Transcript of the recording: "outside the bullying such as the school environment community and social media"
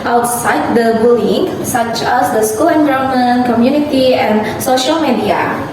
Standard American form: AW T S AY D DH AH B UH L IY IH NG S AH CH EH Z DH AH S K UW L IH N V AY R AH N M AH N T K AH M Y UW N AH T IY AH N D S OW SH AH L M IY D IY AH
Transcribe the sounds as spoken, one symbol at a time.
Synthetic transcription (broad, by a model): AW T S AY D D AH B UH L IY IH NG S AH CH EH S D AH S K UW L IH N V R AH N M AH N K AH M Y UW N AH T IY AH N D S OW SH AH L M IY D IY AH